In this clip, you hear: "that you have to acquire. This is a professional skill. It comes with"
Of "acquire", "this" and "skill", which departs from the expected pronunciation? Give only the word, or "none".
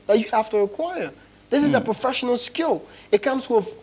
none